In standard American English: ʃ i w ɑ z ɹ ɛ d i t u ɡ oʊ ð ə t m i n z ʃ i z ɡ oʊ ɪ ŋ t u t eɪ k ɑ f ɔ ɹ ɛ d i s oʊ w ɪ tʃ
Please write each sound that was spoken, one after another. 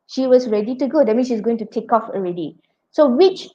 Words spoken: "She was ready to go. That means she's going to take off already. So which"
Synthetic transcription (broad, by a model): ʃ i w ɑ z ɹ ɛ d i t u ɡ oʊ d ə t m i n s ʃ i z ɡ oʊ ɪ ŋ t u t eɪ k ɑ f ɔ ɹ ɛ d i s oʊ w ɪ tʃ